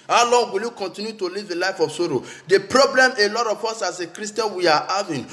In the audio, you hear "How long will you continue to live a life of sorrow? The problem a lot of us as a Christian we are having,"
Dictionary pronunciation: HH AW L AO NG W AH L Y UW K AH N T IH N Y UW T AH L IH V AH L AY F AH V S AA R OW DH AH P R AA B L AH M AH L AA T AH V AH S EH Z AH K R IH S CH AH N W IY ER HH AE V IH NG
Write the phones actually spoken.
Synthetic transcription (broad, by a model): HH AW L AO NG W AH L Y UW K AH N T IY N Y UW T AH L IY V AH L AY F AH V S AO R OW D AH P R AA B L AH M AH L AA T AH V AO S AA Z AH K R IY S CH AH N W IY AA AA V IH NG